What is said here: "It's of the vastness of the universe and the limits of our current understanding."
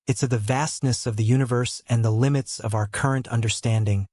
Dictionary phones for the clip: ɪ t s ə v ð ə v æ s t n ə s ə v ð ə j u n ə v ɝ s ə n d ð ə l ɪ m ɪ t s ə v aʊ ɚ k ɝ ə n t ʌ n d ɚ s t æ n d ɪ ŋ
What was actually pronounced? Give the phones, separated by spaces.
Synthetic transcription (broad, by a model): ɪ t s ə v ð ə v æ s t n ə s ə v ð ə j u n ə v ɝ s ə n ð ə l ɪ m ɪ t s ə v aʊ ɚ k ɝ ə n t ʌ n d ɚ s t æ n d ɪ ŋ